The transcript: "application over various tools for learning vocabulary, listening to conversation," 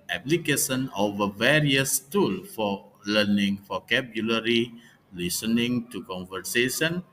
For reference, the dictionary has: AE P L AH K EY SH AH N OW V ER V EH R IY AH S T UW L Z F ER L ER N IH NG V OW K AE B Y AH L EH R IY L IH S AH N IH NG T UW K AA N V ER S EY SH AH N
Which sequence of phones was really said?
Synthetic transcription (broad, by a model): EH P L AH K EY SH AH N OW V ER V EH R IY AH S T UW L F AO L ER N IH NG F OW K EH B Y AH L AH R IY L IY S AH N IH NG T UW K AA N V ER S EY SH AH N